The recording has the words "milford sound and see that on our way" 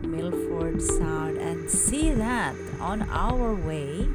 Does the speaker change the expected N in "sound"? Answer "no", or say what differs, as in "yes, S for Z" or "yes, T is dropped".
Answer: yes, N is dropped